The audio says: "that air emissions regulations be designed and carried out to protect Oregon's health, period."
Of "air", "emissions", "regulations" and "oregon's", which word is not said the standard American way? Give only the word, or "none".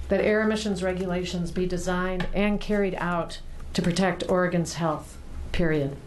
none